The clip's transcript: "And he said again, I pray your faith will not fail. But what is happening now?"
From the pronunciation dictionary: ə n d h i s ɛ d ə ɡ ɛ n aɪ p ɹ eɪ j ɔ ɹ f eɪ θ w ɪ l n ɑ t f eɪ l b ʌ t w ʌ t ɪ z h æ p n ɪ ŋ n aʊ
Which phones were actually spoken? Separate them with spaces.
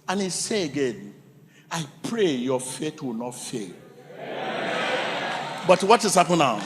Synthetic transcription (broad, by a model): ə n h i s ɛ ə ɡ ɛ n aɪ p ɹ eɪ j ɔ f eɪ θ w ɪ l n ɑ t f eɪ l b ʌ t w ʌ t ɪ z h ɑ p ɪ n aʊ